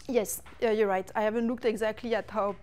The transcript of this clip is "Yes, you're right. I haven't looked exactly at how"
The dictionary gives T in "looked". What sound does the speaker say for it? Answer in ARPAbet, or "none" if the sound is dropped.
T